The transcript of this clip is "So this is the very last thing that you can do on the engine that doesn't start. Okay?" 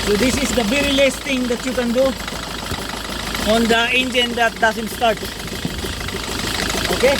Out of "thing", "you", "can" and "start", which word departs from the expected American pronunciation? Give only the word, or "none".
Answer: thing